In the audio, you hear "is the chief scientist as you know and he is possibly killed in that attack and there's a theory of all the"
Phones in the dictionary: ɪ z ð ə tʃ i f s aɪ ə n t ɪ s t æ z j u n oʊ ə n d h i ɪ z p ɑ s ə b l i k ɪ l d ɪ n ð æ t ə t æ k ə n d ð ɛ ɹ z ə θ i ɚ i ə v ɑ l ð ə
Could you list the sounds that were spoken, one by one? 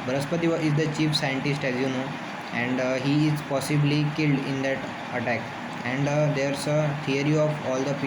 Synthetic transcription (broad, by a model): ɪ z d ə tʃ i f s aɪ ə n t ɪ s t æ z j u n oʊ ə n d h i ɪ z p ɑ s ə b l i k ɪ l d ɪ n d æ t ə t æ k ə n d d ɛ ɹ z ə t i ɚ i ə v ɑ l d ə